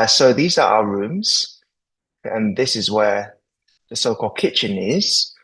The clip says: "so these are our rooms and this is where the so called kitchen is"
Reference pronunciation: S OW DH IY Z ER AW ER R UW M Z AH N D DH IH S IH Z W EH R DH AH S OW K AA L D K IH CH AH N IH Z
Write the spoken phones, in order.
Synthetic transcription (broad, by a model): S OW DH IY Z ER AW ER R UW M Z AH N DH IH S IH Z W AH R DH AH S OW K AA L D K IH CH AH N IH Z